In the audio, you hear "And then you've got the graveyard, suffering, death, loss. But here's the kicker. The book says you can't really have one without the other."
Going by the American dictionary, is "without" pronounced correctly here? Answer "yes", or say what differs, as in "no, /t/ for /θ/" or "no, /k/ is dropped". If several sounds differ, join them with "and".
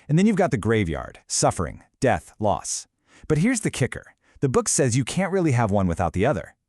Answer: yes